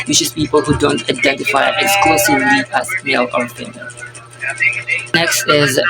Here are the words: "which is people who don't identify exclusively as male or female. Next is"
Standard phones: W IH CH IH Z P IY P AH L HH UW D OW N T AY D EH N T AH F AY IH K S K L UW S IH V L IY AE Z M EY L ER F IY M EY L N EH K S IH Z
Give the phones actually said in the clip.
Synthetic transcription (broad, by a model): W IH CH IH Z P IY P AH L HH UW D OW N T AY D EH N T AH F AY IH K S K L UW S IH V L IY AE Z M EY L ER P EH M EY N N EH K S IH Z